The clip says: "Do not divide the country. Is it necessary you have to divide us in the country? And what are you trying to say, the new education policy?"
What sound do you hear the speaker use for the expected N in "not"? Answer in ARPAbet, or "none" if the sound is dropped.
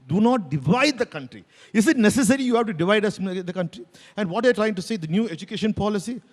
N